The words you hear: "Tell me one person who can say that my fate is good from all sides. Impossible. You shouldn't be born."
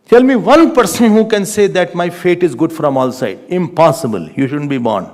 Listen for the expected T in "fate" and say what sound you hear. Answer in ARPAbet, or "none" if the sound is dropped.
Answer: T